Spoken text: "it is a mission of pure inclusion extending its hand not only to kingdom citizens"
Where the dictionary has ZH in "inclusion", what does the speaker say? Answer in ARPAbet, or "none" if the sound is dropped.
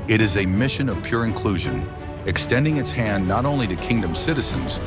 ZH